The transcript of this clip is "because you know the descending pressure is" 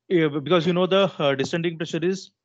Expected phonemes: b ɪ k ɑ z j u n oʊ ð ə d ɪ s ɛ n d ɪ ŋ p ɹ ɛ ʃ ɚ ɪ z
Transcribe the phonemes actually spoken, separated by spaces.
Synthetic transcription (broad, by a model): b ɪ k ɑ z j u n oʊ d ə d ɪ s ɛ n d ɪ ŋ p ɹ ɛ ʃ ɚ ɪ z